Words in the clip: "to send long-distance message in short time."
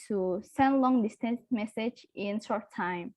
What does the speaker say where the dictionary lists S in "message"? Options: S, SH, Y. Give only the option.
S